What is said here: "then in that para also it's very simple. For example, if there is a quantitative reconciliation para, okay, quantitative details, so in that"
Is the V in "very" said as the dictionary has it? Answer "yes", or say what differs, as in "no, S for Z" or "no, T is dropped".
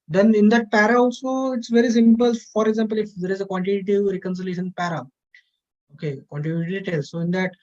yes